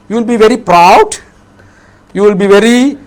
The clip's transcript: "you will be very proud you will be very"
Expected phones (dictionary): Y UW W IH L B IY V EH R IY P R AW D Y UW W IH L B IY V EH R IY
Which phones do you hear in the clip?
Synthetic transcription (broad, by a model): Y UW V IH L B IY V EH R IY P R AW D Y UW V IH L B IY V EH R IY